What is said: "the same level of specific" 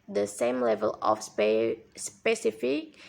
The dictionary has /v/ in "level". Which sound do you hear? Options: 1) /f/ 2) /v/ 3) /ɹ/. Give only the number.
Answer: 2